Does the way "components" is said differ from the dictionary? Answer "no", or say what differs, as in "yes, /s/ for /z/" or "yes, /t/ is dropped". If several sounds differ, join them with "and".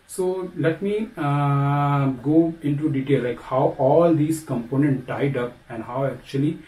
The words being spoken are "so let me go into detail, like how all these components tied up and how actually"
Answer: yes, /s/ is dropped